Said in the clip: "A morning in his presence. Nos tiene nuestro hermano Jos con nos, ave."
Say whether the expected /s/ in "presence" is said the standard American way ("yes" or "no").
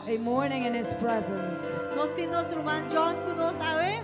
yes